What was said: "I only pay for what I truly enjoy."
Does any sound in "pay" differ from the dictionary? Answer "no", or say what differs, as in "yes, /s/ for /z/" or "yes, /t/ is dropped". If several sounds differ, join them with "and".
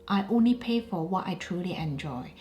no